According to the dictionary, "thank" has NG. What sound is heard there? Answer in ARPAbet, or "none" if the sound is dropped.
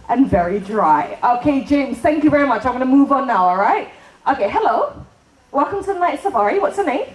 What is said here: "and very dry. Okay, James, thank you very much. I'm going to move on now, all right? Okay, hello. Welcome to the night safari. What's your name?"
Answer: NG